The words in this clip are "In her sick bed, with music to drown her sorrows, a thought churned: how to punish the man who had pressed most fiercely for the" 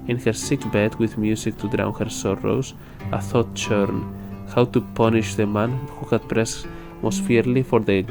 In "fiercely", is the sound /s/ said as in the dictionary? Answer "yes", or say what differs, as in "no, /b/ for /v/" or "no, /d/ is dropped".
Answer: no, /s/ is dropped